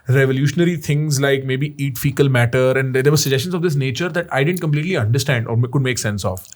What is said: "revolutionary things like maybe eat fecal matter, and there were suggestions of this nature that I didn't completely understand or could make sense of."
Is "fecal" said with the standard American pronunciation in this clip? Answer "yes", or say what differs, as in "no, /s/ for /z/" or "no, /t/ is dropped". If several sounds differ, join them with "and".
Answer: yes